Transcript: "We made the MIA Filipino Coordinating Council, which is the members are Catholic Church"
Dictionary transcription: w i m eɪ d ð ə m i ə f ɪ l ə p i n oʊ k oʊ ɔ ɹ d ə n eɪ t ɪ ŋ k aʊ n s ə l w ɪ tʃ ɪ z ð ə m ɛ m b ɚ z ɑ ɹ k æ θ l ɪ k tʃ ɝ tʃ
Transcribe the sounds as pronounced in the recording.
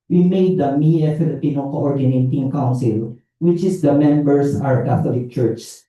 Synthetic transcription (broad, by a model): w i m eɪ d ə m i ə f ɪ l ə p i n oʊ k oʊ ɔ ɹ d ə n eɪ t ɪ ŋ k aʊ n s ə l w ɪ tʃ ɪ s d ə m ɛ m b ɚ s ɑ w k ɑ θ l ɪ k tʃ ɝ tʃ